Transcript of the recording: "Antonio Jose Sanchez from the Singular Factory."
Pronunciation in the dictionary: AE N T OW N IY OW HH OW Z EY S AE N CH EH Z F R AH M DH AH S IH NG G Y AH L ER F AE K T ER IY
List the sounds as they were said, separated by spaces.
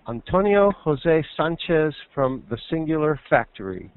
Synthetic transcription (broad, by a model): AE N T OW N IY OW HH OW Z EY S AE N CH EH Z F R AH M DH AH S IH NG G Y L ER F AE K T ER IY